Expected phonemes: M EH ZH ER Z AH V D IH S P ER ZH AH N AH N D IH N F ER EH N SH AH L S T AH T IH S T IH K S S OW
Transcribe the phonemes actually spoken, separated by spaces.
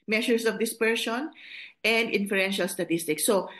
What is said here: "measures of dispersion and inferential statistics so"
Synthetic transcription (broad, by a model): M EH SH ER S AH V D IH S P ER SH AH N AH N D IH N F ER EH N SH AH L S T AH T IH S T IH K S S OW